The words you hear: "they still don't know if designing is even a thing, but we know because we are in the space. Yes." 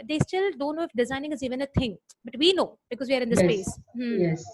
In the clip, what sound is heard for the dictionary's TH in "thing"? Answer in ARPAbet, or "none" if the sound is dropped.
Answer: T